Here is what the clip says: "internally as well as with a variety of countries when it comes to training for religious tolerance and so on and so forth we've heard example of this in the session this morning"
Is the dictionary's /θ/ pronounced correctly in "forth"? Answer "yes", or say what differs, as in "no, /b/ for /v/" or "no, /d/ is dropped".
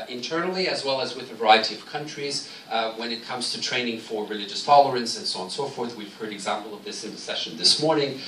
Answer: yes